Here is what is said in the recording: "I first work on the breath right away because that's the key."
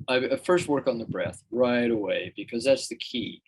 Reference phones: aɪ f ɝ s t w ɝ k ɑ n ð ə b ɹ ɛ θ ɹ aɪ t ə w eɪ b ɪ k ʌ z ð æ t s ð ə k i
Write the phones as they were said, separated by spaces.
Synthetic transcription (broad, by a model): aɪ f ɝ s t w ɝ k n ð ə b ɹ ɛ θ ɹ aɪ t ə w eɪ b ɪ k ʌ z ð æ t s ð ə k i